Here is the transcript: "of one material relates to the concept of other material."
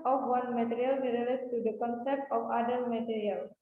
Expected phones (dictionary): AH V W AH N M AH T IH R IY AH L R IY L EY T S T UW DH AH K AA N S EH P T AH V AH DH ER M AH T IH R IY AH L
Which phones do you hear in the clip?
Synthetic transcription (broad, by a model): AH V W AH N M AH T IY R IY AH L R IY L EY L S T UW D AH K AA N S EH P T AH F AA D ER M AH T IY R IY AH L